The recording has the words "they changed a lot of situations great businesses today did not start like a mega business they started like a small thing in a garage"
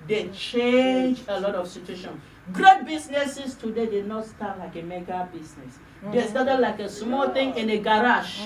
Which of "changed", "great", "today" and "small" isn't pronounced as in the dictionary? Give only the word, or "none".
changed